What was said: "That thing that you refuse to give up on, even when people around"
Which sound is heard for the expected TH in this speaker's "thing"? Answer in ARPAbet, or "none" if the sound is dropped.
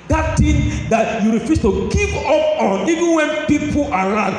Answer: T